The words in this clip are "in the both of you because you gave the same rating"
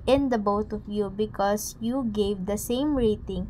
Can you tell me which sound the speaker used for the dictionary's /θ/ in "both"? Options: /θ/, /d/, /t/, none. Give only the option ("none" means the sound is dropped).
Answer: /t/